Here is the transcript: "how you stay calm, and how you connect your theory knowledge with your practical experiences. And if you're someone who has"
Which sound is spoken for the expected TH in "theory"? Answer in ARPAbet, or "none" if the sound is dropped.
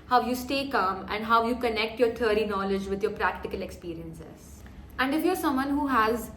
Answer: T